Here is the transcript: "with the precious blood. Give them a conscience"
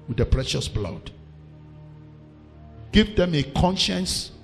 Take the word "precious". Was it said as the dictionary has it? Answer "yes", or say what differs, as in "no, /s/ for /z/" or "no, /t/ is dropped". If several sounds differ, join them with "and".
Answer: yes